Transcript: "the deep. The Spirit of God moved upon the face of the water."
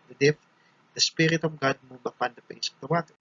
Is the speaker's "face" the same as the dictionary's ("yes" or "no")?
no